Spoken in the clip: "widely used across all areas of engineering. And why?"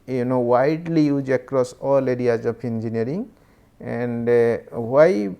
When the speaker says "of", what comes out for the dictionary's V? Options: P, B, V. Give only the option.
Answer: P